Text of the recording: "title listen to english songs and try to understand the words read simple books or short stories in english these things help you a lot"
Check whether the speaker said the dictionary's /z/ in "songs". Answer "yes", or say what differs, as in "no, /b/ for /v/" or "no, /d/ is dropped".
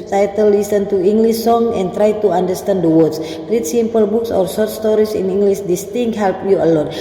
no, /z/ is dropped